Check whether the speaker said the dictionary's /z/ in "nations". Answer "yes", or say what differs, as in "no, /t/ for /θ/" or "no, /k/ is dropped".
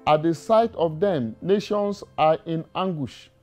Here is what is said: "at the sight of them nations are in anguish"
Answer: no, /s/ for /z/